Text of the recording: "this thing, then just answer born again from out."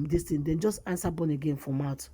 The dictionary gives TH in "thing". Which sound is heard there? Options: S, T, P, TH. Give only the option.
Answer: T